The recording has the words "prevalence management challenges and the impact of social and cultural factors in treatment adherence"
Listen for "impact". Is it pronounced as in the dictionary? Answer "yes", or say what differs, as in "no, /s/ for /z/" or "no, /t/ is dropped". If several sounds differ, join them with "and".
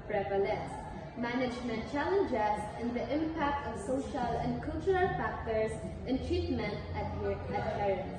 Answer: yes